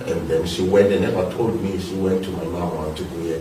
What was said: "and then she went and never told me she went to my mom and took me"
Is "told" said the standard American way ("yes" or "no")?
yes